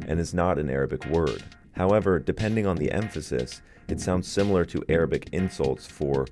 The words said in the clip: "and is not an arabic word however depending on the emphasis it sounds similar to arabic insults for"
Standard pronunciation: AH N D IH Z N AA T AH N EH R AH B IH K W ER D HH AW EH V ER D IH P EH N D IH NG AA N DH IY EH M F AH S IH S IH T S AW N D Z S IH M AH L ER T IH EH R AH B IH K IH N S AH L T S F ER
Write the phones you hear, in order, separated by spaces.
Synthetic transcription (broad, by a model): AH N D IH Z N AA T AH N EH R AH B IH K W ER D HH AW EH V ER D IH P EH N D IH NG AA N DH IY EH M F AH S IH S IH T S AW N D Z S IH M L ER T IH EH R AH B IH K IH N S AH L T S F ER